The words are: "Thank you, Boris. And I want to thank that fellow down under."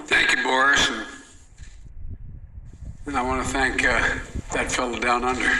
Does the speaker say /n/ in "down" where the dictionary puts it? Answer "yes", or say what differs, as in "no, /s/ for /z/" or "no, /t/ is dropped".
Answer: yes